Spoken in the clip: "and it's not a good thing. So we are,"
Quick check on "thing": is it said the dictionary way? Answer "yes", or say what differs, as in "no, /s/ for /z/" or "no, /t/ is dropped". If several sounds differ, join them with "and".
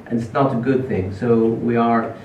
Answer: yes